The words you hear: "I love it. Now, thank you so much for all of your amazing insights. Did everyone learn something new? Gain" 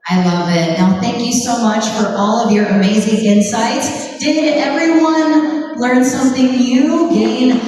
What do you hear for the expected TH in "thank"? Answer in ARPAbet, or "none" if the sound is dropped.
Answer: TH